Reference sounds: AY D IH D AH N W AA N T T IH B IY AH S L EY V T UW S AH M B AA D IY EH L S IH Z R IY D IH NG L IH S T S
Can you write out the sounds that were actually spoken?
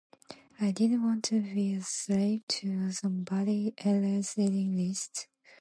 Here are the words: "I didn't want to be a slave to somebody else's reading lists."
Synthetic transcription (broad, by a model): AY D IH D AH N W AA N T T IH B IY AH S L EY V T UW S AH M B AA D IY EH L IH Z L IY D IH NG L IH S T